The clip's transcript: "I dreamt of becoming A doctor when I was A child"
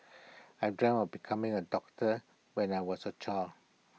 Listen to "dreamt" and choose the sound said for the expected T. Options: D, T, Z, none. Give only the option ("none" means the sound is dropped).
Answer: none